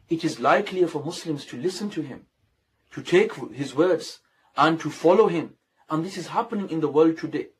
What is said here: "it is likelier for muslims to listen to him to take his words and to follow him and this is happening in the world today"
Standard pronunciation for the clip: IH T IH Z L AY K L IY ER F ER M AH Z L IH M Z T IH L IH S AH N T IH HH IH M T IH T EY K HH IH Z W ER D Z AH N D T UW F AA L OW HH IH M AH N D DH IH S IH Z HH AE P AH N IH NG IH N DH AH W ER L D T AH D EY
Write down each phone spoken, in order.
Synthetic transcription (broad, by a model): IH T IH Z L AY K L IY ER F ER M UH S L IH M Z T IH L IH S AH N T IH HH IH M T IH T EY K HH IH Z W ER D Z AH N T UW F AA L OW HH IH M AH N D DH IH S IH Z HH AE P AH N IH NG IH N DH AH W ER L D T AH D EY